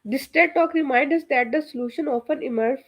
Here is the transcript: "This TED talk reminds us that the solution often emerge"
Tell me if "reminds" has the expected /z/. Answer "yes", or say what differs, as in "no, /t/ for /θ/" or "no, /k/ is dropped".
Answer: no, /z/ is dropped